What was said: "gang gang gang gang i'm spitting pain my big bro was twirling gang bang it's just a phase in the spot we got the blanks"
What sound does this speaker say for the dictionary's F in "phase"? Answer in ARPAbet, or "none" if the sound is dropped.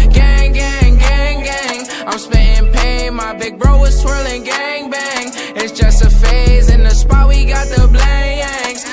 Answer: F